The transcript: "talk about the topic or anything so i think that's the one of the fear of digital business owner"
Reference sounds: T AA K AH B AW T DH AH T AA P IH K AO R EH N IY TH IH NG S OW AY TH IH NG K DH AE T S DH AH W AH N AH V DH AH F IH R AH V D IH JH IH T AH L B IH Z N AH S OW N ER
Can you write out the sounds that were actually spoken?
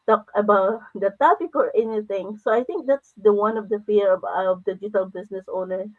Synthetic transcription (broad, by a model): T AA K AH B AW T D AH T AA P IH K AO R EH N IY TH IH NG S OW AY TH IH NG K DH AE T S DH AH W AH N AH V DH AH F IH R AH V D IH JH IH T AH L B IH S N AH S OW N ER